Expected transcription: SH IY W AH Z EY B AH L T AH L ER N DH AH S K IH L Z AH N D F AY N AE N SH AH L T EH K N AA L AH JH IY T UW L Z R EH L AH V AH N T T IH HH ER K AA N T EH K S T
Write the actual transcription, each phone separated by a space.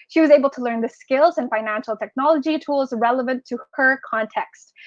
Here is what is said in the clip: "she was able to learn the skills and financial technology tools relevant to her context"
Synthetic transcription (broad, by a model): SH IY W AH Z EY B L T AH L ER N DH AH S K IH L Z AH N F AY N AE N SH L T EH K N AA L AH JH IY T UW L Z R EH L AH V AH N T T IH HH ER K AA N T EH K S T